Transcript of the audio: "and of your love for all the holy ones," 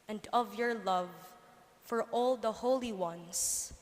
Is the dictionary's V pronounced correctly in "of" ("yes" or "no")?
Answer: yes